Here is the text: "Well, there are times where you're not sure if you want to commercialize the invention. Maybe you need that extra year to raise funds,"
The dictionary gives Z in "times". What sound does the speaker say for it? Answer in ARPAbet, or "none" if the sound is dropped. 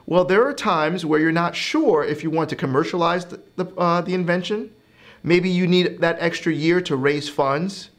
Z